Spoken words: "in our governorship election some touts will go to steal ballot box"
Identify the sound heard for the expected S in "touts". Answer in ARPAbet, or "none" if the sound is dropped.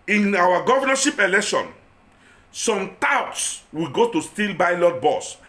S